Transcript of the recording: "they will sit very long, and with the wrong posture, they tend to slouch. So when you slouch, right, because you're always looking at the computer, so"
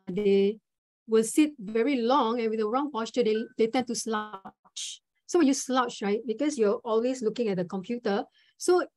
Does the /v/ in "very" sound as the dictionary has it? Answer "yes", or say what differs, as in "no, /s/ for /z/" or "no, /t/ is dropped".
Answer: yes